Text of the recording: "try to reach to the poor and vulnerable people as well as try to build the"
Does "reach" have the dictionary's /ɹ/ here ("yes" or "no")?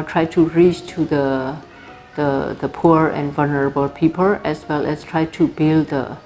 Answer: yes